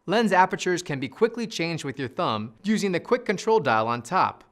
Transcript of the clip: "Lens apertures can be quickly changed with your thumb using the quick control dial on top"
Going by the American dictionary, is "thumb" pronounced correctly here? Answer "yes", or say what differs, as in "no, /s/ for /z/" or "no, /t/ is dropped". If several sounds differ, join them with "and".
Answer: yes